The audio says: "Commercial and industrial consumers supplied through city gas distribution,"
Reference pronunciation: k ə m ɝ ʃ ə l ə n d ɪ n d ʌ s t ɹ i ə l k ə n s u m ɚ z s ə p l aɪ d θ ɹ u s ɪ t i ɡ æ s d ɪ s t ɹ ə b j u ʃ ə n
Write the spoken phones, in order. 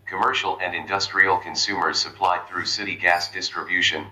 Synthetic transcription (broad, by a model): k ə m ɝ ʃ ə l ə n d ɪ n d ʌ s t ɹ i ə l k ə n s u m ɚ z s ə p l aɪ d θ ɹ u s ɪ t i ɡ æ s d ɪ s t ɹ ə b j u ʃ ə n